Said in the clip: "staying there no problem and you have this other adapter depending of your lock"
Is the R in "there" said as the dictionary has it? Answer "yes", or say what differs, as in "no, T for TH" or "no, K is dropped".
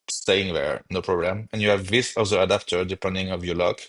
yes